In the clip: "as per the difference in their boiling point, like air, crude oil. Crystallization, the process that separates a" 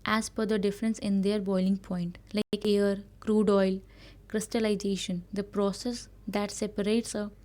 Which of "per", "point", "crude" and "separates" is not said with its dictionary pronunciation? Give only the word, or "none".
per